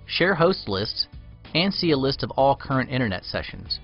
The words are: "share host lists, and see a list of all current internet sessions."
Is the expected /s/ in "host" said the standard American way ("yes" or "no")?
yes